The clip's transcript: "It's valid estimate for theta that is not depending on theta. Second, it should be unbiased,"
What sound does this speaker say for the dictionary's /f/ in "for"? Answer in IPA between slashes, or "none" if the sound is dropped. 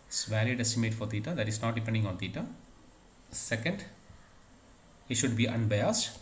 /f/